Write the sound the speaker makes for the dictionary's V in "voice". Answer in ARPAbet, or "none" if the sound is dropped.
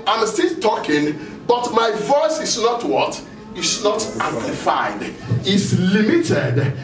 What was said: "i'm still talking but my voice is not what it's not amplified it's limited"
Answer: V